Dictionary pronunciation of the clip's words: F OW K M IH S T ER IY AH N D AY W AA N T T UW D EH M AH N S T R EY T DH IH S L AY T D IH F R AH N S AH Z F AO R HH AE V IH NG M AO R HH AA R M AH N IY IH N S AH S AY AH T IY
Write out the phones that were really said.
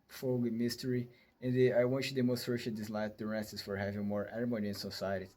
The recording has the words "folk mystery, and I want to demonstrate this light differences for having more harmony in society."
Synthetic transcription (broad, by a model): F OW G M IH S T ER IY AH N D AY W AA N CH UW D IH M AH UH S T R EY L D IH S L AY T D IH R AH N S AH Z F AO R HH AE V IH NG M AO R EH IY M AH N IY IH N S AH S AY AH T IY